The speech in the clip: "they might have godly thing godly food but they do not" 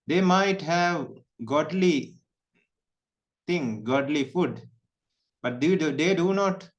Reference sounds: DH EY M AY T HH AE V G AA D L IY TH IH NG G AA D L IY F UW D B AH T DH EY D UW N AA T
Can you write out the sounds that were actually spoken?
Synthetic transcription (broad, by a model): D EY M AY T HH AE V G AA D L IY T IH NG G AA D L IY F UW D B AH T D EY D UW N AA T